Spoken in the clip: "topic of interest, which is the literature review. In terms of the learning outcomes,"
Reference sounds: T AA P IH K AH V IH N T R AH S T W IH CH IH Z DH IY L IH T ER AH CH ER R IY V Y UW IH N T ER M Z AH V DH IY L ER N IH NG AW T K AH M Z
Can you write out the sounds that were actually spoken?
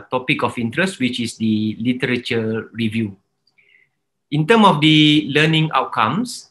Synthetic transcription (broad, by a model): T AA P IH K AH F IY N T R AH S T W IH CH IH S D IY L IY T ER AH CH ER R IY V Y UW IH N T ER M AH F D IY L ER N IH NG AW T K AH M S